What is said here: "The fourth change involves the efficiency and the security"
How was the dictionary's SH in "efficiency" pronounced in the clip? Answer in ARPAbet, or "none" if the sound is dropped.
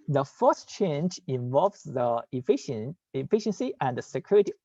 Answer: SH